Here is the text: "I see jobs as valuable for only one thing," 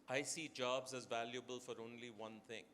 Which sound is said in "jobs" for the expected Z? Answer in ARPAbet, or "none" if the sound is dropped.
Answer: Z